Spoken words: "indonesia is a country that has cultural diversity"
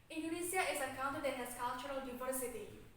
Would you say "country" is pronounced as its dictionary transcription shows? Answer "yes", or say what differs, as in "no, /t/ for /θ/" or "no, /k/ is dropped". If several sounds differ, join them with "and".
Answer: no, /ɹ/ is dropped